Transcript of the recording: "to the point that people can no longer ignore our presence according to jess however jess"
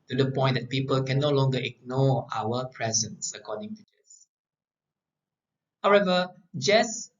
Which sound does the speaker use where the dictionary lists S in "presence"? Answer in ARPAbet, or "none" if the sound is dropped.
S